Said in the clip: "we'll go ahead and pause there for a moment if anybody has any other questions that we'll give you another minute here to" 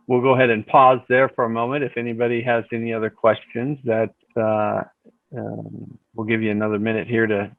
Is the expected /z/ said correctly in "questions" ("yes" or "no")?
yes